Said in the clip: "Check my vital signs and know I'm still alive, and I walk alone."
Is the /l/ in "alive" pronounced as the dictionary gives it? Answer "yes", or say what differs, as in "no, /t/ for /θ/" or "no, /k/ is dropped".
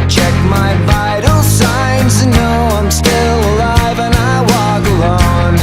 yes